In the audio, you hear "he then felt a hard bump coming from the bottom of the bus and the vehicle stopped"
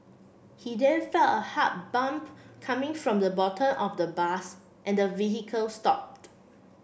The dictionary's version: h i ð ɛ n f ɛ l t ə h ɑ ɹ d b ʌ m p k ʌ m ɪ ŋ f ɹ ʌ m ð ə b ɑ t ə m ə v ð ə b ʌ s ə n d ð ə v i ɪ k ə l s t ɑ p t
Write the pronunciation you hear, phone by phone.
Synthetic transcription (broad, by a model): h i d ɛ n f ɛ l ə h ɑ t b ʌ m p k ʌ m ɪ ŋ f ɹ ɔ m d ə b ɑ t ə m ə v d ə b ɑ s ə n d ə v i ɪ k ə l s t ɑ p t